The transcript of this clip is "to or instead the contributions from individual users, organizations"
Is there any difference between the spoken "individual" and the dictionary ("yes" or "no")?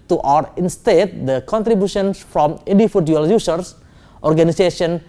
yes